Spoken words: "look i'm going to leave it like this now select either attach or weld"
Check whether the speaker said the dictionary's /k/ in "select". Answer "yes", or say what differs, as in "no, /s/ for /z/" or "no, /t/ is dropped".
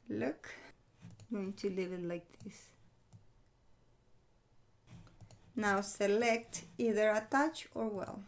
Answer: yes